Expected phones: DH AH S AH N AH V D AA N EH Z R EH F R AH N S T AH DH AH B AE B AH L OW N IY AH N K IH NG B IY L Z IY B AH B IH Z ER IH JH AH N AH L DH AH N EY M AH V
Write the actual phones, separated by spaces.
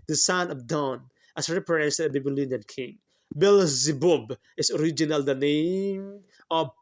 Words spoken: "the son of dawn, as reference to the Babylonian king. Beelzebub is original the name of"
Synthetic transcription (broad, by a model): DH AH S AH N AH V D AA N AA S R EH P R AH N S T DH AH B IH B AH L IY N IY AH N K IH NG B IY L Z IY B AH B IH S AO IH JH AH N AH L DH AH N EY M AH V